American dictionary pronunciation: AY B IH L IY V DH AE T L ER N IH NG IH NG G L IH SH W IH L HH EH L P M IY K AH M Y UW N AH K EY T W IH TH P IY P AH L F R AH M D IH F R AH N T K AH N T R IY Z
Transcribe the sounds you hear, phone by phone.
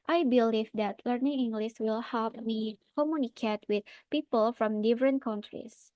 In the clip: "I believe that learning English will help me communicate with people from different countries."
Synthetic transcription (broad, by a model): AY B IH L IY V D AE T L ER N IH NG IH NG G L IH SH W IH L HH EH L P M IY K AH M Y UW N AH K EY T W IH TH P IY P AH L F R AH M D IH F R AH N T K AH N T R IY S